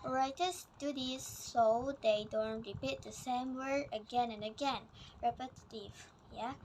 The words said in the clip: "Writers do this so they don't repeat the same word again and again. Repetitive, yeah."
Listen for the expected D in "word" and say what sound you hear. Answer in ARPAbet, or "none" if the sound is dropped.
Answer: none